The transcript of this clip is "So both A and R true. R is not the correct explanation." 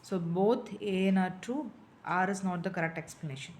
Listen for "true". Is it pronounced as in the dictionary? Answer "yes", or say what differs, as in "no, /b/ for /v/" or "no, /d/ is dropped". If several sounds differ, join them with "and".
no, /ɹ/ is dropped